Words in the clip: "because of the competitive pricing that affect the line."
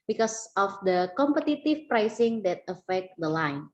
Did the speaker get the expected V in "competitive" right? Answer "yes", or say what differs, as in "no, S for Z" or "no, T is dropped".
no, F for V